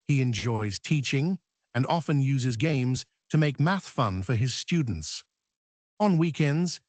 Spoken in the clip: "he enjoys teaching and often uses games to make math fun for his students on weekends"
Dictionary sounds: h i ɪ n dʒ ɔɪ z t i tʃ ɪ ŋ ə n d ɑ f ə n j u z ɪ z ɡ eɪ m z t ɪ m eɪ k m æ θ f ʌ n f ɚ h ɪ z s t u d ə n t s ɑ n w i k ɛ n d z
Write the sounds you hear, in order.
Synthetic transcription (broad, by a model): h i ɪ n dʒ ɔɪ z t i tʃ ɪ ŋ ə n ɑ f ə n j u z ɪ z ɡ eɪ m z t ɪ m eɪ k m æ θ f ʌ n f ɚ ɪ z s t u d n t s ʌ n w i k ɛ n d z